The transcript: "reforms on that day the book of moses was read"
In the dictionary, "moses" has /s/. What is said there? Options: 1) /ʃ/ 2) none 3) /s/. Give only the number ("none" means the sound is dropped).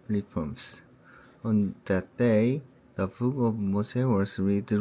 2